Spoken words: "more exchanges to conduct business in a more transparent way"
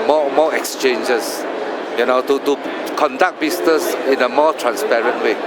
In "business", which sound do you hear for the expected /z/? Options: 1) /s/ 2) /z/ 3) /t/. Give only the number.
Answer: 1